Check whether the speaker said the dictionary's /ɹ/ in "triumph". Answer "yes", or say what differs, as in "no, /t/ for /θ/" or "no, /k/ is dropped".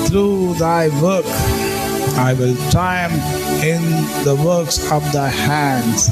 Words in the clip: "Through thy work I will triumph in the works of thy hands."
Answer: no, /ɹ/ is dropped